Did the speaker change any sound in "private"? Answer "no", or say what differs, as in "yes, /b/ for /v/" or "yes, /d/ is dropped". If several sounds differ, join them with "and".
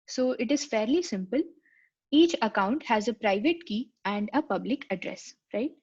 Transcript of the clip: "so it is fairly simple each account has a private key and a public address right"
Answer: no